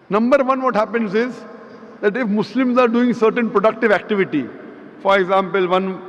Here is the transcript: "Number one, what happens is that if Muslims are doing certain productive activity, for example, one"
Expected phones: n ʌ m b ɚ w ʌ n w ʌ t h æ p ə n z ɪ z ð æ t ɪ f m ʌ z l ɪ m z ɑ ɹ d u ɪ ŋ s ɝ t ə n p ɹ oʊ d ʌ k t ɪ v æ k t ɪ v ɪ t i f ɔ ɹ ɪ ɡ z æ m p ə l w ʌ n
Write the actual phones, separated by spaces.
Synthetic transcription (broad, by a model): n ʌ m b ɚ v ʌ n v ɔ t h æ p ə n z ɪ z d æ t ɪ f m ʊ s l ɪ m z ɑ ɹ d u ɪ ŋ s ɝ t ə n p ɹ oʊ d ʌ k t ɪ v æ k t ɪ v ɪ t i f ɔ ɹ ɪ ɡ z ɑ m p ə l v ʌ n